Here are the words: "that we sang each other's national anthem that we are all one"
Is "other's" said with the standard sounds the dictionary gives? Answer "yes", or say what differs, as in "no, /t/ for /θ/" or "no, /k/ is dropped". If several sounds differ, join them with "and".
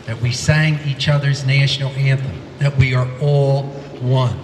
yes